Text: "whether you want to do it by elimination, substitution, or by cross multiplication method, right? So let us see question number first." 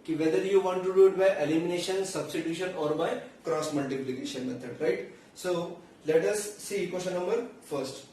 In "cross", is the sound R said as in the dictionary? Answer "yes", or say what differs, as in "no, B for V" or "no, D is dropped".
yes